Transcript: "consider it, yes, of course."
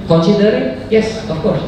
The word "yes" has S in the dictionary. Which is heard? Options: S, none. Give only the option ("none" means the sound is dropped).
S